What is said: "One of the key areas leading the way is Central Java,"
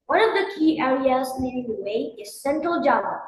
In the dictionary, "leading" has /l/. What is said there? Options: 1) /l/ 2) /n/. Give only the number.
2